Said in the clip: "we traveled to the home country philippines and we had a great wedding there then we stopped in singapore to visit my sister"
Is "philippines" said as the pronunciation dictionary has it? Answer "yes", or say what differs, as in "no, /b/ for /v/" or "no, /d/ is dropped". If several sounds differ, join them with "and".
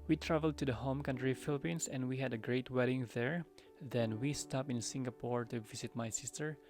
no, /s/ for /z/